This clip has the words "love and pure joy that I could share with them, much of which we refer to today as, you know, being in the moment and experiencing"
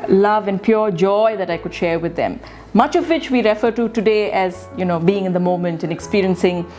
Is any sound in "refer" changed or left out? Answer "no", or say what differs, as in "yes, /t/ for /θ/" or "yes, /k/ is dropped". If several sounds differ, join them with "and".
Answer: no